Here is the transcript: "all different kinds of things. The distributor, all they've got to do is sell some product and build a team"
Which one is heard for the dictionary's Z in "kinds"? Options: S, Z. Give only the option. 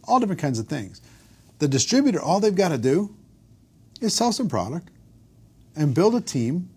Z